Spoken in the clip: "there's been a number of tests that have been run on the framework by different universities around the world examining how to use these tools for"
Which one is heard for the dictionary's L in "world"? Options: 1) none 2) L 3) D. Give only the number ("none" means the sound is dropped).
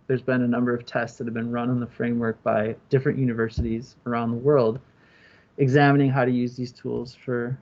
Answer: 2